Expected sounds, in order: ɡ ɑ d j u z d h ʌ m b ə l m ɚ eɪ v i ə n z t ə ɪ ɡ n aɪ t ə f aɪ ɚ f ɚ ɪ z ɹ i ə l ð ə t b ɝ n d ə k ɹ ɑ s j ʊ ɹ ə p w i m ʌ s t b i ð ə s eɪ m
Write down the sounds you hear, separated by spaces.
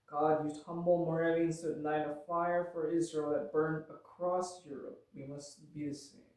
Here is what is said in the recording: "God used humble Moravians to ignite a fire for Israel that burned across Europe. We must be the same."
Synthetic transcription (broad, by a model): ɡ ɑ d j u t ʌ m b l m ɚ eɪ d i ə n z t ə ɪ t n aɪ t ə f aɪ ɚ f ɚ ɪ z ɹ i ə l ð ə t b ɝ n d ə k ɹ ɑ s j ʊ ɹ ə p w i m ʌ s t b i ð ə s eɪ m